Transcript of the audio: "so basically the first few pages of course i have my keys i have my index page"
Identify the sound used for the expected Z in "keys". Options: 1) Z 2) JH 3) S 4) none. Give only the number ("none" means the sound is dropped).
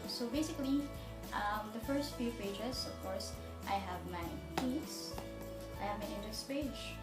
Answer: 3